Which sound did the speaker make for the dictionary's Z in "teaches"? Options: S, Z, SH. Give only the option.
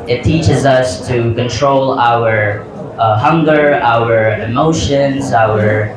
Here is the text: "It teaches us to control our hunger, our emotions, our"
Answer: Z